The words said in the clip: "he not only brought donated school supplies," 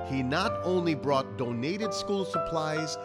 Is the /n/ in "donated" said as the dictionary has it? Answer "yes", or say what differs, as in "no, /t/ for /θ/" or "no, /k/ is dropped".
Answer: yes